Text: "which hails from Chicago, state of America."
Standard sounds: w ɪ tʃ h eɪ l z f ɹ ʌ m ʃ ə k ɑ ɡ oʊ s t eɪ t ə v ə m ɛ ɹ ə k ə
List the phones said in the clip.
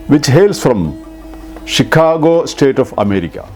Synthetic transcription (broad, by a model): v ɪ tʃ h eɪ l s f ɹ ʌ m ʃ ə k ɑ ɡ oʊ s t eɪ t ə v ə m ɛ ɹ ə k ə